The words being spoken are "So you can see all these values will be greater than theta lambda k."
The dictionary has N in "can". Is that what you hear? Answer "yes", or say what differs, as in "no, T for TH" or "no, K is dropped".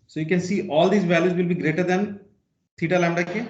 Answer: yes